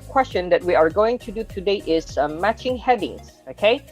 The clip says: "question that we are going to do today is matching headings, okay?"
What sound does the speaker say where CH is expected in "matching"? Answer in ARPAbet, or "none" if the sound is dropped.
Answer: CH